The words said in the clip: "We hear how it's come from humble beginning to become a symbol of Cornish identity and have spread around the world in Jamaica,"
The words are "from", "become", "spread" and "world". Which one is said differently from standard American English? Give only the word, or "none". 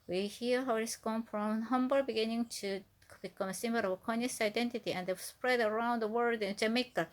world